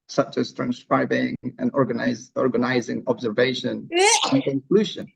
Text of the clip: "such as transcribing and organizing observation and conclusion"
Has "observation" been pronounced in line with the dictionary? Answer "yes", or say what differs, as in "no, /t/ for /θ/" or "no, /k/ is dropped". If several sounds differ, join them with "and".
yes